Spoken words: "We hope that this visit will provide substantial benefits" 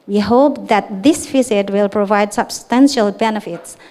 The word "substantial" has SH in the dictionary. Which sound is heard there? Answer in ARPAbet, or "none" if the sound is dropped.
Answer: SH